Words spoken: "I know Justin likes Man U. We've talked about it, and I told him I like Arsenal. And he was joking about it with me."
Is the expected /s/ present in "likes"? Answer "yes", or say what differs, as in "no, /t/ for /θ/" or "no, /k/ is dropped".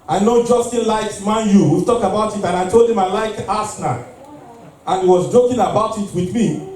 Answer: no, /s/ is dropped